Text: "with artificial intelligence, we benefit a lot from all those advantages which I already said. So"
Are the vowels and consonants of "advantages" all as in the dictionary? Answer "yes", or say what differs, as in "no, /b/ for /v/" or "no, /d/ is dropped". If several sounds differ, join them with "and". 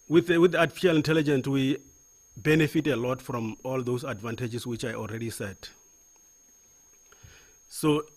no, /s/ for /z/